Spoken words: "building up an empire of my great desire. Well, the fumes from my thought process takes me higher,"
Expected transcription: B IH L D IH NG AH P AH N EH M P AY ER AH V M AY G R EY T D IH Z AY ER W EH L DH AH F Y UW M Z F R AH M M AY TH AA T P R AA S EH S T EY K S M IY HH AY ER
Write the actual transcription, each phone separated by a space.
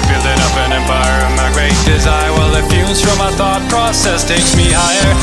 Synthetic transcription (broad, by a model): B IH L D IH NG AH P AH N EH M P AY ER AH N M AY G R EY T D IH Z AY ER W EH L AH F Y UW Z F R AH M M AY TH AA T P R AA S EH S T EY K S M IY HH AY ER